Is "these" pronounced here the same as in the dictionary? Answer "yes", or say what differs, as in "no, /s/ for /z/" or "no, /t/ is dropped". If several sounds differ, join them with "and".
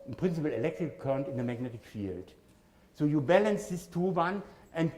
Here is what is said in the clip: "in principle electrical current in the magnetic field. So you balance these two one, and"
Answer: no, /s/ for /z/